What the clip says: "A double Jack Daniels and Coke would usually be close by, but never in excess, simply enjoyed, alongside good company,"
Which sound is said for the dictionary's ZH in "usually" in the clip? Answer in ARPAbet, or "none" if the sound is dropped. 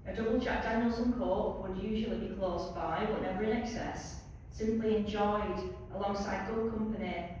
ZH